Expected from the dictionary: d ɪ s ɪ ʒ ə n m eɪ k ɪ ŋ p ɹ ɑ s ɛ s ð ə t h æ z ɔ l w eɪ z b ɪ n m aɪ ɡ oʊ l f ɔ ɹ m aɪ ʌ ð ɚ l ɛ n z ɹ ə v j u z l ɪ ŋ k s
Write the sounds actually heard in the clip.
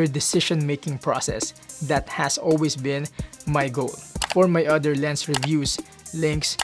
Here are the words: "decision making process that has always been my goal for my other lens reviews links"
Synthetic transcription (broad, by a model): d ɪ s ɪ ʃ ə n m eɪ k ɪ ŋ p ɹ ɑ s ɛ s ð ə t h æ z ɔ l w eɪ s b ɪ n m aɪ ɡ oʊ l f ɔ ɹ m aɪ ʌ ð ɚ l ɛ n s ɹ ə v j u s l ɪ ŋ k s